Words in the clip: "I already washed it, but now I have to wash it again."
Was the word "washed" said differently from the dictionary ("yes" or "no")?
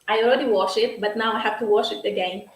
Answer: yes